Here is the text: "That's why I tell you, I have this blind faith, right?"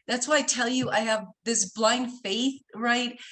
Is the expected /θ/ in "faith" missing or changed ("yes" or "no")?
no